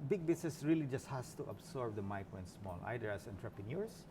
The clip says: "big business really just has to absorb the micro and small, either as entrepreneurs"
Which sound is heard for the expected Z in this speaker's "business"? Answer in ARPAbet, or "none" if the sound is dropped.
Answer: S